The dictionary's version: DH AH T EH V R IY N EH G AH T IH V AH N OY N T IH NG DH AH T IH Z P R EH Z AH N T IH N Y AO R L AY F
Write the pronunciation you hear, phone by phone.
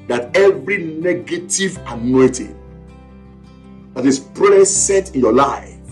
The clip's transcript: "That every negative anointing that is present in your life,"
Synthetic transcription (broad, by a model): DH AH T EH V R IY N EH G AH T IH V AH N OY T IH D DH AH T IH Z P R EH S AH T IH N Y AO L AY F